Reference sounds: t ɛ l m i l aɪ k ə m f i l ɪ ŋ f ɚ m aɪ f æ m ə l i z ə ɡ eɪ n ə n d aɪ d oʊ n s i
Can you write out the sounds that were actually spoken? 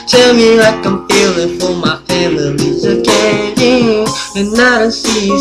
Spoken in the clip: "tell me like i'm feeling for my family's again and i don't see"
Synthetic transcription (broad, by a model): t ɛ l m i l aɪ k ə m p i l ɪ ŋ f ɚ m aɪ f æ m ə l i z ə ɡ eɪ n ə n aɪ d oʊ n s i